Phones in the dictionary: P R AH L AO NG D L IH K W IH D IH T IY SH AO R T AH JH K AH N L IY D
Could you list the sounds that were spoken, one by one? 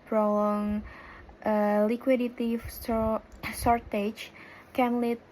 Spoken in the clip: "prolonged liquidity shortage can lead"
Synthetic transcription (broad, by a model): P R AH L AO NG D L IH K W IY D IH T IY S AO R T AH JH K AH N L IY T